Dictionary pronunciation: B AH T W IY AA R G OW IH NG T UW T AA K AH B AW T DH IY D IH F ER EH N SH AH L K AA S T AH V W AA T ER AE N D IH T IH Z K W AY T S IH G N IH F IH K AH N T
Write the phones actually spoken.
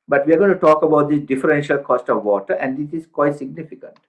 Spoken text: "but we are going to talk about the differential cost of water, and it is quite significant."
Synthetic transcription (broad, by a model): B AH T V IY AA R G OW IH T UW T AA K AH B AW T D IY D IH F ER EH N SH AH L K AA S T AH V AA T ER AE N D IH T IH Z K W AY T S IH G N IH F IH K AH N T